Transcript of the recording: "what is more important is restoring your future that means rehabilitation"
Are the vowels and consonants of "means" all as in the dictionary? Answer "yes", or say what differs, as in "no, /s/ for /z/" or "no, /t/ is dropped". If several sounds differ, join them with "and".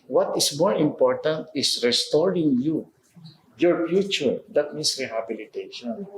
no, /s/ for /z/